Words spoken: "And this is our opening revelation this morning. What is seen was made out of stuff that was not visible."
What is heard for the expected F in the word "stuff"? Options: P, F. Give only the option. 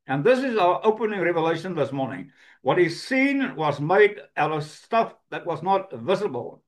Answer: F